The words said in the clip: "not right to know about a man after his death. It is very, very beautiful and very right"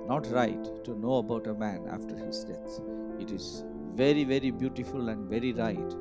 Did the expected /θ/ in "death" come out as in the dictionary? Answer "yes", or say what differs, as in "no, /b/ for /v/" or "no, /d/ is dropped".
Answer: no, /s/ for /θ/